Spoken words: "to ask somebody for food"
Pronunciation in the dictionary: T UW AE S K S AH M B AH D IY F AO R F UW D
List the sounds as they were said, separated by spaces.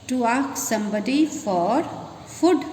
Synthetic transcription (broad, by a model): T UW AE K S AH M B AH D IY F AO R F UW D